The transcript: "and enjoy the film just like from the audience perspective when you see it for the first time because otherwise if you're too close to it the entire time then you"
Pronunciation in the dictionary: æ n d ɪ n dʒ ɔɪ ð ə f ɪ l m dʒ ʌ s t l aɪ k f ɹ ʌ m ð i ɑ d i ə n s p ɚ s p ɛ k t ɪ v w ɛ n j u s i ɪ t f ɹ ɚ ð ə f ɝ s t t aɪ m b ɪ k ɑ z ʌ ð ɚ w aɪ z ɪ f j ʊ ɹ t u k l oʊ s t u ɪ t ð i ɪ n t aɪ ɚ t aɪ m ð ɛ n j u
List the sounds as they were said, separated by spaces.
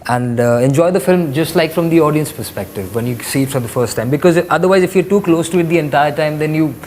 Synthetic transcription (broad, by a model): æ n d ɪ n dʒ ɔɪ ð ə f ɪ l m dʒ ʌ s t l aɪ k f ɹ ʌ m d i ɑ d i ə n s p ɚ s p ɛ k t ɪ v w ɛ n j u s i ɪ t f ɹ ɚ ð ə f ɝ s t t aɪ m b ɪ k ɑ z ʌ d ɚ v aɪ z ɪ f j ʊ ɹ t u k l oʊ s t u ɪ t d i ɪ n t aɪ ɚ t aɪ m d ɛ n j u